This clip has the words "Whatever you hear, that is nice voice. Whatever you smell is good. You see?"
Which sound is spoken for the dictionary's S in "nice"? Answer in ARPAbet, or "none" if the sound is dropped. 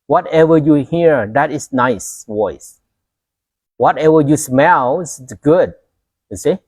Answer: S